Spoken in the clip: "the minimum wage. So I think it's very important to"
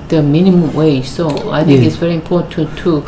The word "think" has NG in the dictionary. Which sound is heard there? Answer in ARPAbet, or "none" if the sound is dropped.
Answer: none